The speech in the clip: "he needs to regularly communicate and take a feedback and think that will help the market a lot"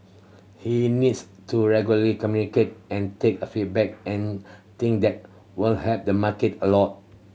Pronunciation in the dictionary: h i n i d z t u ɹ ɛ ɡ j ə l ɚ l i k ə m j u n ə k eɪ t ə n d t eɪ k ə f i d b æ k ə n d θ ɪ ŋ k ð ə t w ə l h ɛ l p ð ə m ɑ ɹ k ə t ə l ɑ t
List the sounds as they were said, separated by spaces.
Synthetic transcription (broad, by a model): h i n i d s t u ɹ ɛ ɡ j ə l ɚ l i k ə m j u n ə k eɪ t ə n t eɪ k ə f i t b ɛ k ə n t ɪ ŋ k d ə t w ə l h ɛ p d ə m ɑ k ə t ə l ɑ t